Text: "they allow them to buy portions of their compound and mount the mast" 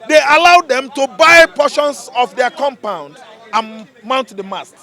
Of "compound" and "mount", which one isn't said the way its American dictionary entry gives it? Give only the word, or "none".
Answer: none